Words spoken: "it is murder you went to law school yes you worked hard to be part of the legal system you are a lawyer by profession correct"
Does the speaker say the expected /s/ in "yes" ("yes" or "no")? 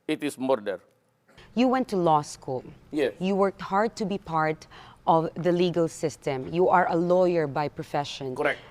no